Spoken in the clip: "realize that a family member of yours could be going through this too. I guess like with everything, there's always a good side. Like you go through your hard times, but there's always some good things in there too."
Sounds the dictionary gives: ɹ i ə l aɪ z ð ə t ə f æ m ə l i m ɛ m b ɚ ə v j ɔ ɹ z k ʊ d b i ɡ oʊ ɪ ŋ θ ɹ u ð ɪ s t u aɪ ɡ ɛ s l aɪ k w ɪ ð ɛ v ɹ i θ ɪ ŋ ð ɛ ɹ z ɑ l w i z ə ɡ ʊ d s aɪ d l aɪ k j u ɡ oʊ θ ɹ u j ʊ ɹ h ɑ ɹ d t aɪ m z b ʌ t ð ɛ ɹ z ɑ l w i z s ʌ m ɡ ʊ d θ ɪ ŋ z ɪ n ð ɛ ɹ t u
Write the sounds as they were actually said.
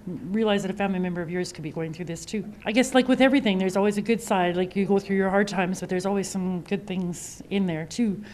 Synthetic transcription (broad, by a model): ɹ i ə l aɪ z ð ə t ə f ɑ ə n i m ɛ m b ɚ ə v j ɔ ɹ z k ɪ d b i ɡ oʊ ɪ ŋ θ ɹ u ð ɪ s t u aɪ ɡ ɛ s l aɪ k w ɪ ð ɛ v ɹ i θ ɪ ŋ ð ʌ ɹ z ɑ l w i z ə ɡ ʊ d s aɪ d l aɪ k j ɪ ɡ oʊ θ ɹ u j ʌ ɹ h ɑ ɹ d t aɪ m z b ʌ t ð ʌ ɹ z ɑ l w i z s ʌ m ɡ ʊ d θ ɪ ŋ z ɪ n ð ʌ ɹ t u